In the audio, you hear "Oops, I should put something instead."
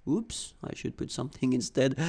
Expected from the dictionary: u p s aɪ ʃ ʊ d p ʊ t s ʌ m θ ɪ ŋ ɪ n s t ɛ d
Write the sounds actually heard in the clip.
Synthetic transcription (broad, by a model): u p s aɪ ʃ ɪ d p ʊ t s ʌ m θ ɪ ŋ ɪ n s t ɛ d